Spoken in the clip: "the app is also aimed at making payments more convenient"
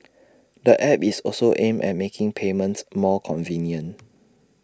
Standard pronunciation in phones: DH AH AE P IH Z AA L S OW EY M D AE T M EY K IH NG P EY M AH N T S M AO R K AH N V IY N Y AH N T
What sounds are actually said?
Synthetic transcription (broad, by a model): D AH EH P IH S AA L S OW EY M EH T M EY K IH NG P EY M AH N T S M AO K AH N V IY N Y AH N